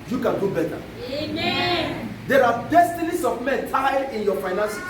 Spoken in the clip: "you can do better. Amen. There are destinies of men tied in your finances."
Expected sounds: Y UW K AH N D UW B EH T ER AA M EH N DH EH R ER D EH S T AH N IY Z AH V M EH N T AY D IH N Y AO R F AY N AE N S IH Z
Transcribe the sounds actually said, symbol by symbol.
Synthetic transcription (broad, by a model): Y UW K AH N D UW B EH T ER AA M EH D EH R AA D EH S T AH N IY S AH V M EH N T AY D IH N Y AO F AY N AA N S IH